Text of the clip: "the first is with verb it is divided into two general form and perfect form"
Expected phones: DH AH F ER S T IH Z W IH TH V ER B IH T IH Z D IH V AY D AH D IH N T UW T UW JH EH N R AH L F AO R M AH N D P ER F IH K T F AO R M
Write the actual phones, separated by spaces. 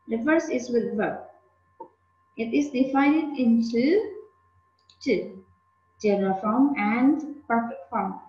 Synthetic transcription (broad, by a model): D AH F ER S IH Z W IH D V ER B IH T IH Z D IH F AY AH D IH N T UW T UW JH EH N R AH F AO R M AH N D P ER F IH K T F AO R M